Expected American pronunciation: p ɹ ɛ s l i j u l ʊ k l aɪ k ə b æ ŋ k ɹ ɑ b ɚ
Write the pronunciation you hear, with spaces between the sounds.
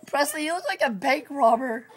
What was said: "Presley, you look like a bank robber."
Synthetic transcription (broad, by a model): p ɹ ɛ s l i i w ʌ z l aɪ k ə b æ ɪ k ɹ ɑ b ɚ